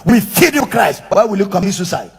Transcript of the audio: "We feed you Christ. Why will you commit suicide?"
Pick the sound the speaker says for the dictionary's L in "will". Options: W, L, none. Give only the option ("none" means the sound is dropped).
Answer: L